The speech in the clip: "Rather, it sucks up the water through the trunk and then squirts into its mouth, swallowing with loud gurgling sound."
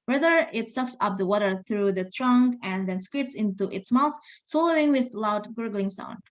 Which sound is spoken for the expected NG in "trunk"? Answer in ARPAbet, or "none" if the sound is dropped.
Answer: NG